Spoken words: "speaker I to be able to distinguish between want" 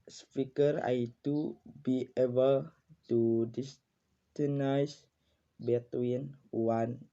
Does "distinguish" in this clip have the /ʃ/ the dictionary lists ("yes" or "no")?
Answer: no